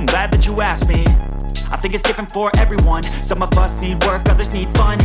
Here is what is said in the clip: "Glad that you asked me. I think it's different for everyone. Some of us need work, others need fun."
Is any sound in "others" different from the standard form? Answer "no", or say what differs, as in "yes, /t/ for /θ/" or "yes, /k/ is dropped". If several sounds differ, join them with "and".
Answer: no